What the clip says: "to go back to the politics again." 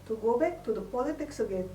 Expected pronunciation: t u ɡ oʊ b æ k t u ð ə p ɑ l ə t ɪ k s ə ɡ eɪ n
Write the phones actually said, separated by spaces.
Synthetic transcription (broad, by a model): t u ɡ oʊ b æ k t u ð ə p ɑ l ə t ɪ k s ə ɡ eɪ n